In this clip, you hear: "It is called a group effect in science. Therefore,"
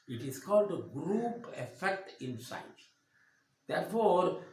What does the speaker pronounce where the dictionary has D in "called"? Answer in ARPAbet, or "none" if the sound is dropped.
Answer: D